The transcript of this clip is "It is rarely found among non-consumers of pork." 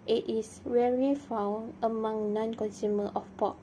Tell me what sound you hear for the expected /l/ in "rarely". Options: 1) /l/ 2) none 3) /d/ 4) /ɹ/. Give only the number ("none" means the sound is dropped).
2